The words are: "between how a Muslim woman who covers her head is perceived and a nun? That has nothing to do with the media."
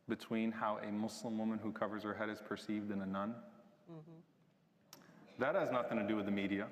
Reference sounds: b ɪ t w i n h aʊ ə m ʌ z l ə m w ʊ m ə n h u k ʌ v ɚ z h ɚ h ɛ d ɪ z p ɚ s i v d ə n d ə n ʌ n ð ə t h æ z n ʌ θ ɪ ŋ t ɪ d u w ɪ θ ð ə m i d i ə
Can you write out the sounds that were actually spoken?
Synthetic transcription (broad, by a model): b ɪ t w i n h aʊ ə m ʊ s l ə m w ʊ m ə n h u k ʌ v ɚ z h ɚ h ɛ d ɪ z p ɚ s i v d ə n ə n ʌ n ð ə t h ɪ z n ʌ θ ɪ ŋ t ɪ d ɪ w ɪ ð ə m i d i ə